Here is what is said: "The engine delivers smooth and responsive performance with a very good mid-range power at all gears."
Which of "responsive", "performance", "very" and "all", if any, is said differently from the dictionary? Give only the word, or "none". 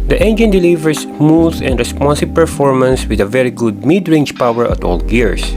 responsive